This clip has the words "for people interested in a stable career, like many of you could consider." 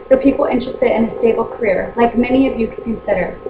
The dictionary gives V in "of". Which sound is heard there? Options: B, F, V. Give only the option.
V